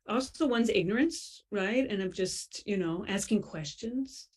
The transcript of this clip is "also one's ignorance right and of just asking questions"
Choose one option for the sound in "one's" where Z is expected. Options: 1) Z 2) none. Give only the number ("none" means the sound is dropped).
1